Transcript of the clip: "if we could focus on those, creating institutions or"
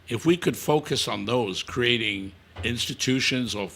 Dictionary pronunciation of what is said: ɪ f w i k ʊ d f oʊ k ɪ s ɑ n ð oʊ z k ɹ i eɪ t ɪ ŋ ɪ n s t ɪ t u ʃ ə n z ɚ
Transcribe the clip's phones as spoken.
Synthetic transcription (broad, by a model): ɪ f w i k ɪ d f oʊ k ɪ s n ð oʊ z k ɹ i eɪ t ɪ ŋ ɪ n s t ɪ t u ʃ ə n z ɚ